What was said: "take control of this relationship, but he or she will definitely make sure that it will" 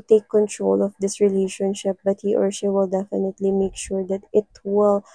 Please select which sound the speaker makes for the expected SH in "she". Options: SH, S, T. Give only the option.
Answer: S